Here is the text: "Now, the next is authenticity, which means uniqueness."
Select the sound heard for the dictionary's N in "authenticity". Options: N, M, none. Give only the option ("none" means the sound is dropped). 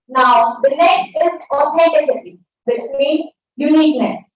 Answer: none